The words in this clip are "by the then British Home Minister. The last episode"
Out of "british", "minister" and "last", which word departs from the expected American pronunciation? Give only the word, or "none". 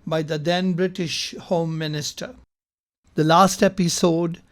none